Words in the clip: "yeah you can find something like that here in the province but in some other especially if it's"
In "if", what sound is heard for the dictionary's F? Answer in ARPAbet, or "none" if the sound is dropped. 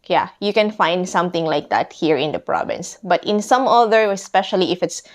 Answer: F